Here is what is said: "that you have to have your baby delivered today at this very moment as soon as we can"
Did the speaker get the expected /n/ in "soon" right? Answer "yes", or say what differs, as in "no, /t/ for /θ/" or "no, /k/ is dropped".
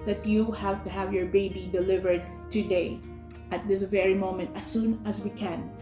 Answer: yes